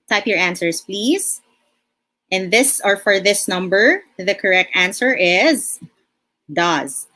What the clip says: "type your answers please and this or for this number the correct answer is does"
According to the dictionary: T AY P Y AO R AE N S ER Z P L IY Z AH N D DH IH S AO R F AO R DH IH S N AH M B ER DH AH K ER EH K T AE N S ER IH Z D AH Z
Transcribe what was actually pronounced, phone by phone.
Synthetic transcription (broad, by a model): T AY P Y AO R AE N S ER S P L IY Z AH N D DH IH S AO R F AO R DH IH S N AH M B ER DH AH K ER EH K T AE N S ER IH Z D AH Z